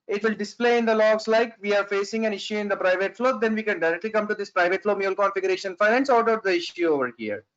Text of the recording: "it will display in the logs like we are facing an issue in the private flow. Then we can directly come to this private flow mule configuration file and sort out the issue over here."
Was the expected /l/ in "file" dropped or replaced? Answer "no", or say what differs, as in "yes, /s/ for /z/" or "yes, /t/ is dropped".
yes, /n/ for /l/